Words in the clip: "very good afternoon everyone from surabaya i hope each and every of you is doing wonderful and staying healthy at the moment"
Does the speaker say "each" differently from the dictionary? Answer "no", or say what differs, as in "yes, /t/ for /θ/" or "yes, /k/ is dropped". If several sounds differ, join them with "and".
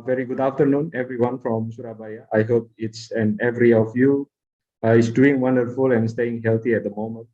yes, /s/ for /tʃ/